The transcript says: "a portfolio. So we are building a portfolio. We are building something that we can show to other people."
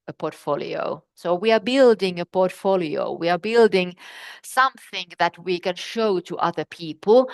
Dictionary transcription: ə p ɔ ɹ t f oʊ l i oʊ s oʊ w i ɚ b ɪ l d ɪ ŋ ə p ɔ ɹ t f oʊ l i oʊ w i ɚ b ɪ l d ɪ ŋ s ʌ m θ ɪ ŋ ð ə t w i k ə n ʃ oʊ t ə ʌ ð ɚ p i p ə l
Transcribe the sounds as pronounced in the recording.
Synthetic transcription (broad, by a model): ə p ɔ ɹ t f oʊ l i oʊ s oʊ w i ɚ b ɪ l d ɪ ŋ ə p ɔ ɹ t f oʊ l i oʊ w i ɚ b ɪ l d ɪ ŋ s ʌ m θ ɪ ŋ ð ə t w i k ə n ʃ oʊ t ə ʌ ð ɚ p i p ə l